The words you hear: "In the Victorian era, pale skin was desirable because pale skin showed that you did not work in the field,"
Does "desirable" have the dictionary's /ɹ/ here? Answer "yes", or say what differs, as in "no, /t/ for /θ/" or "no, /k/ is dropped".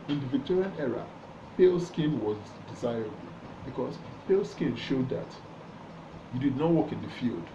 yes